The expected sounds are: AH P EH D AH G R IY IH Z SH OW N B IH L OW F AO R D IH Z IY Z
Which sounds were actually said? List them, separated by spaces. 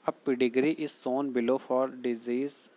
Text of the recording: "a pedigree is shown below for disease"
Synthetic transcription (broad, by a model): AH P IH D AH G R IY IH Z S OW N B IH L OW F AO R D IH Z IY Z